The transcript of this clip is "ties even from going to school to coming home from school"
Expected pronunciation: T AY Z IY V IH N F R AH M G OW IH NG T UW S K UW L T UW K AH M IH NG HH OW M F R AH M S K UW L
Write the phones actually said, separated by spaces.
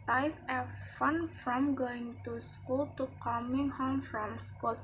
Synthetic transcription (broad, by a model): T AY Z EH F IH N F R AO M G OW IH NG T UW S K UW L T UW K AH M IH NG HH OW M F R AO M S K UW L